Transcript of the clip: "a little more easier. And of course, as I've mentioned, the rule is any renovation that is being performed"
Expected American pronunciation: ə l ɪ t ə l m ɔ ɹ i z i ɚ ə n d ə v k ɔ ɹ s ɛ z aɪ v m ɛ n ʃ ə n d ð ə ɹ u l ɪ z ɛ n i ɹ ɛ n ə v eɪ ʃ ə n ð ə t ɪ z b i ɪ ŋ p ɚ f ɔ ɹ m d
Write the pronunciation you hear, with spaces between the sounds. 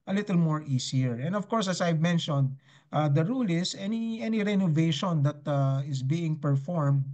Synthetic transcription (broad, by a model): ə l ɪ t ə l m ɔ ɹ i s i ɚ ə n d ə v k ɔ ɹ s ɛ s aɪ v m ɛ n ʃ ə n d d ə ɹ u l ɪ s ɛ n i ɹ ɛ n ə v eɪ ʃ ə n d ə t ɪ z b i ɪ ŋ p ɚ f ɔ ɹ m d